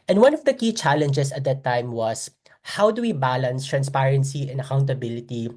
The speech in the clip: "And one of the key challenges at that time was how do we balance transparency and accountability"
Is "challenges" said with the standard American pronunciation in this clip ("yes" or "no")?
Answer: no